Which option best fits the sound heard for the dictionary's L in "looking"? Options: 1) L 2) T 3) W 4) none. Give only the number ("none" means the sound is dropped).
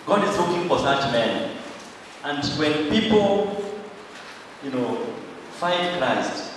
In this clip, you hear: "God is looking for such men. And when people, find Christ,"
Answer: 3